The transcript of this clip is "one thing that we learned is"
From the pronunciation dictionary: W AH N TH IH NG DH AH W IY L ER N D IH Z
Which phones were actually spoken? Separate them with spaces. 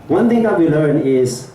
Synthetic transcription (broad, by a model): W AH N T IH NG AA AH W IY L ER N IH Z